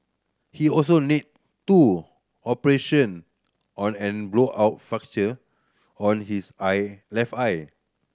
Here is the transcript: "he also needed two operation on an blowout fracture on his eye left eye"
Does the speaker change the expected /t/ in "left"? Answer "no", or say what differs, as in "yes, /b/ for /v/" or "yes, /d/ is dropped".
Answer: yes, /t/ is dropped